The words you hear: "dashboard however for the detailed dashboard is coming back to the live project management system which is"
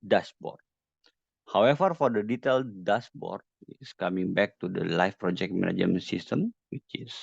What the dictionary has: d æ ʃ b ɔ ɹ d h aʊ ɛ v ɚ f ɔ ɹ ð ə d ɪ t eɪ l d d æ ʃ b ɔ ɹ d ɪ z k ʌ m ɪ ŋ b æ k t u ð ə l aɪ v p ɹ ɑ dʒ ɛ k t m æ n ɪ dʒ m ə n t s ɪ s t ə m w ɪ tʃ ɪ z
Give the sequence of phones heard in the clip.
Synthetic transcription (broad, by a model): d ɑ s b ɔ ɹ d h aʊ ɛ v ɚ f ɔ ɹ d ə d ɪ t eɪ l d d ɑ s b ɔ ɹ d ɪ s k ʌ m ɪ ŋ b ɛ k t u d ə l aɪ f p ɹ ɑ dʒ ɛ k t m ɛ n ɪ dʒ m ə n s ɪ s t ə m w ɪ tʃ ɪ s